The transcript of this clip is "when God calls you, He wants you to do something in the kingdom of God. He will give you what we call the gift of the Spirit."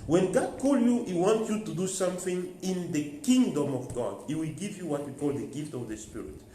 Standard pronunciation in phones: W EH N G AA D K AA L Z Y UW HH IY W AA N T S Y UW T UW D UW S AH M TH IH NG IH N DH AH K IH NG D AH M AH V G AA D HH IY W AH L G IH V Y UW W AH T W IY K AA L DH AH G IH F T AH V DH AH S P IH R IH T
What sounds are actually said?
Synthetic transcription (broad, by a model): W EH N G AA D K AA L Y UW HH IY W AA N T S Y UW T UW D UW S AH M TH IH NG IH N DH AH K IH NG D AH M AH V G AA D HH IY W AH L G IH V Y UW W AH T W IY K AA L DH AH G IH F T AH V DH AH S P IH R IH T